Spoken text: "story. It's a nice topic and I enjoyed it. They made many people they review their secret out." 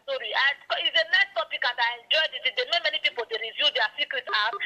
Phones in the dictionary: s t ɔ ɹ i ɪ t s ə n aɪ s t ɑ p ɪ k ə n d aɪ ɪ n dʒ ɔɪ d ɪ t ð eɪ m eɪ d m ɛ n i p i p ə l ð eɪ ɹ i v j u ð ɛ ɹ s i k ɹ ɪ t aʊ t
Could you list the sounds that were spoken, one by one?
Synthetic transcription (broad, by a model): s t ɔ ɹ i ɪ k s ə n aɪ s t ɑ p ɪ k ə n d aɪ ɪ n dʒ ɔɪ d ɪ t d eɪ m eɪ m ɛ n i p i p ə l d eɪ ɹ i v j u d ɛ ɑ s i k ɹ ɪ t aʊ